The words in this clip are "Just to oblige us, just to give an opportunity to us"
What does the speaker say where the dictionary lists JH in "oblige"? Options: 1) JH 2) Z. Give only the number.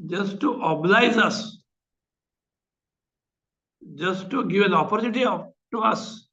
2